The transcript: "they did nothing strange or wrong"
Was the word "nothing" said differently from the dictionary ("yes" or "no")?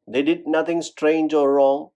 yes